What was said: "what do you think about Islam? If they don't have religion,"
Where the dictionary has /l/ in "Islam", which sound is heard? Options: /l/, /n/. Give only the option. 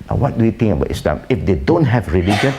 /l/